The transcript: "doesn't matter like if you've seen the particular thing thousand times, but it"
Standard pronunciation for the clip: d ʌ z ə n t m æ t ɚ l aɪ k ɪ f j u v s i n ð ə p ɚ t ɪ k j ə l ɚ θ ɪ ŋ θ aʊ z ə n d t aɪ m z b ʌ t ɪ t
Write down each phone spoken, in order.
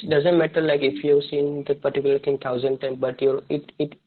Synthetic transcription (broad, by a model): d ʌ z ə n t m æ t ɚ l aɪ k ɪ f j u v s i n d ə p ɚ t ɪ k j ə l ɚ t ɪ ŋ t aʊ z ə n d t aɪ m b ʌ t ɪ t